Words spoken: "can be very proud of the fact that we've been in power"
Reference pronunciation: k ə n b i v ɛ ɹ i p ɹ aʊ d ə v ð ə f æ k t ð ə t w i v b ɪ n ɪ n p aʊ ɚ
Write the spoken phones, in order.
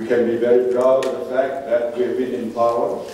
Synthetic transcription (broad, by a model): k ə n b i v ɛ ɹ i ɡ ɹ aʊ ə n ð ə f æ k t ð ə t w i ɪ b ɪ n ɪ n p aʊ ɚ